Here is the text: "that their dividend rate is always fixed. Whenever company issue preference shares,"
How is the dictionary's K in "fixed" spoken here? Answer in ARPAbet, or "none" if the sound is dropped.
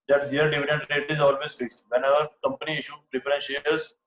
K